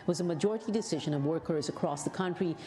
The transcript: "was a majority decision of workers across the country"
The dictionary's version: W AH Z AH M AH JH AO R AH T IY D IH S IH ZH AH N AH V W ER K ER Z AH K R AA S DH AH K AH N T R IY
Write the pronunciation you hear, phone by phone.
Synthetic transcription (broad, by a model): W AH Z AH M AH JH AO R AH T IY D IH S IH ZH AH N AH V W ER K ER Z AH K R AA S DH AH K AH N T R IY